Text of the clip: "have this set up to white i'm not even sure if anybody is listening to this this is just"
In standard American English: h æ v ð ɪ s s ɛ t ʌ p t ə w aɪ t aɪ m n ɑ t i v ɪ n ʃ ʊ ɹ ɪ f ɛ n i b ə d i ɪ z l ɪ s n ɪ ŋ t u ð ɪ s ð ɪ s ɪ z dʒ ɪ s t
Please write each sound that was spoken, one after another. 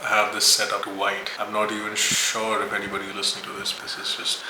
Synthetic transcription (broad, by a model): h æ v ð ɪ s s ɛ t ʌ p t w aɪ t aɪ m n ɑ t i v ɪ n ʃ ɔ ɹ ɪ f ɛ n i b ə d i l ɪ s n ɪ ŋ t u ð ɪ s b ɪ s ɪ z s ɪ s